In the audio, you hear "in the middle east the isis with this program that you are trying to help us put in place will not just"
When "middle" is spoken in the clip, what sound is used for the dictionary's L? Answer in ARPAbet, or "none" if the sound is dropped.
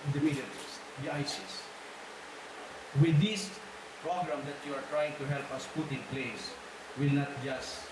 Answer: N